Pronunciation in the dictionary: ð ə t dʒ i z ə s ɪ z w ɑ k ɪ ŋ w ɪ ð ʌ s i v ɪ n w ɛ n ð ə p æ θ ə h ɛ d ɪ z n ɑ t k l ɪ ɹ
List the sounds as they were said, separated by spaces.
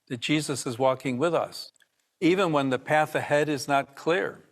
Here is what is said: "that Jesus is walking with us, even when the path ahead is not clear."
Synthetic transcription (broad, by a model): ð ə t dʒ i z ə s ɪ z w ɑ k ɪ ŋ w ɪ ð ʌ s i v ɪ n w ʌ n ð ə p æ θ ə h ɛ d ɪ z n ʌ t k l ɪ ɹ